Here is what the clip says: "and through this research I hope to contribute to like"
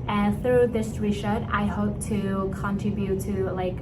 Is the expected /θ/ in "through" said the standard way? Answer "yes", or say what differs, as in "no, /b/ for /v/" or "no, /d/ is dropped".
yes